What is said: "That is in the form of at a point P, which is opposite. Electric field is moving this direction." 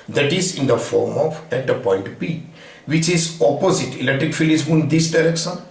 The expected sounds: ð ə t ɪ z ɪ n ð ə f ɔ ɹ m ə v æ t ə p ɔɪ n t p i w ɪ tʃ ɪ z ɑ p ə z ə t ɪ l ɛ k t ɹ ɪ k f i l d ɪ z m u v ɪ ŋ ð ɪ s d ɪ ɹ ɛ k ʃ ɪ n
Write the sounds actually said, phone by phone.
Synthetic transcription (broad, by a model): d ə t ɪ z ɪ n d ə f ɔ ɹ m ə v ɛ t ə p ɔɪ n t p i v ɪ tʃ ɪ z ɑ p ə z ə t ɪ l ɛ k t ɹ ɪ k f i l ɪ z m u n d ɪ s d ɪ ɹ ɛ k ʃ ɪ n